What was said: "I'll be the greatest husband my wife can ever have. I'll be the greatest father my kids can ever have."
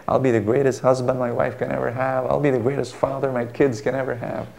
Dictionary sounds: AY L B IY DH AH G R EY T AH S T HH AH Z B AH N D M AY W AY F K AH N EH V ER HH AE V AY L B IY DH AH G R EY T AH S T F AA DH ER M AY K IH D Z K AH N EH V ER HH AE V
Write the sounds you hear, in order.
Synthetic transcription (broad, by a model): AY L B IY DH AH G R EY T AH S T HH AH Z B AH N D M AY W AY F K AH N EH V ER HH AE V AY L B IY DH AH G R EY T AH S T F AA DH ER M AY K IH D Z K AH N EH V ER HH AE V